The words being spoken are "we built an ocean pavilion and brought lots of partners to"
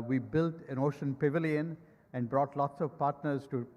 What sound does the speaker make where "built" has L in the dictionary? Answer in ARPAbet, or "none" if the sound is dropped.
L